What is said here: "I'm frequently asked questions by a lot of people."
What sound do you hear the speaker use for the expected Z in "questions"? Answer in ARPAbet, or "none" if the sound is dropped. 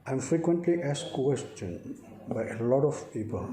none